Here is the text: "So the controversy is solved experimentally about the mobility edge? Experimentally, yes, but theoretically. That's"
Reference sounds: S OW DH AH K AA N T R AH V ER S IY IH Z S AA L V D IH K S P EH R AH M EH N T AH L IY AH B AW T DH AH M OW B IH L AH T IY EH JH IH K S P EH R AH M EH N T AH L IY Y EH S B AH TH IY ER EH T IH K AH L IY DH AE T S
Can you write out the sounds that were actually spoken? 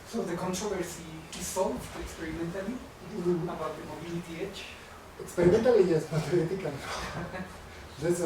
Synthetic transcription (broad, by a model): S OW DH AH K AA N T R AH V ER S IY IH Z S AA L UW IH K S P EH R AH M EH N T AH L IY AH B AW T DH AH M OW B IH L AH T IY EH CH IH K S P EH R AH M EH N T AH L IY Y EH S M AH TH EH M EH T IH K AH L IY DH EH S